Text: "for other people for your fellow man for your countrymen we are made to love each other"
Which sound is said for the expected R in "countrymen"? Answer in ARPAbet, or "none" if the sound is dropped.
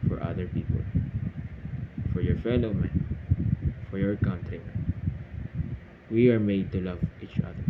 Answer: none